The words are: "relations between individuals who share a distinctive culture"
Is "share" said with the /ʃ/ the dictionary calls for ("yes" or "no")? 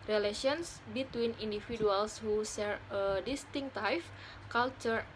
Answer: no